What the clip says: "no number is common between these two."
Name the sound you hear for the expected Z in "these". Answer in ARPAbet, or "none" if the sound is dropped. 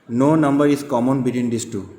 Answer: S